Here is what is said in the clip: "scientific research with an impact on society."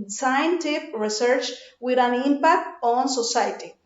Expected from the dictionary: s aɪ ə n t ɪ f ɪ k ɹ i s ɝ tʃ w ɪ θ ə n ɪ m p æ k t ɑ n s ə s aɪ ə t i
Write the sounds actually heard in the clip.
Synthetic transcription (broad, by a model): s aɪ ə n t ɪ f ɹ i s ɝ tʃ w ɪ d ə n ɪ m p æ k t ɑ n s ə s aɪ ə t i